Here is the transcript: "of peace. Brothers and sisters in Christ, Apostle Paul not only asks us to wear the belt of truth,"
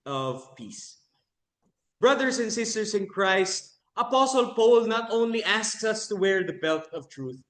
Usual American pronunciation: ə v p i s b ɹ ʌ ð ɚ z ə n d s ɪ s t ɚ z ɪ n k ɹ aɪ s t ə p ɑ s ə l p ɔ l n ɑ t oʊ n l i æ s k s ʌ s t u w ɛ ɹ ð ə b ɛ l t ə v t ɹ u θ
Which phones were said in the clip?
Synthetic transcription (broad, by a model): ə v p i s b ɹ ʌ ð ɚ s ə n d s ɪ s t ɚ s ɪ n k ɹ aɪ s t ə p ɑ s ə l p ɔ l n ɑ t oʊ n l i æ s k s ʌ s t u w ɛ ɹ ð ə b ɛ l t ə v t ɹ u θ